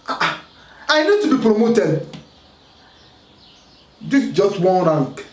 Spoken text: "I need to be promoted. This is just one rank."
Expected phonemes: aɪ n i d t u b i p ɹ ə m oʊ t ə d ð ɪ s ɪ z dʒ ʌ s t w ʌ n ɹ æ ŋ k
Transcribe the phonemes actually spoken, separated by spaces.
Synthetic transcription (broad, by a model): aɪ n i d t u b i p ɹ ə m oʊ t ə d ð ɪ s dʒ ʌ s t w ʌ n ɹ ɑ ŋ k